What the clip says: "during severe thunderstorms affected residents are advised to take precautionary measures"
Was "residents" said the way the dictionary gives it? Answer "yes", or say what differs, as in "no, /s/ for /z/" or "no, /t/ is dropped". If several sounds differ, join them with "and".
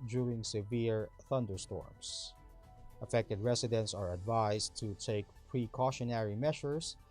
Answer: no, /s/ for /z/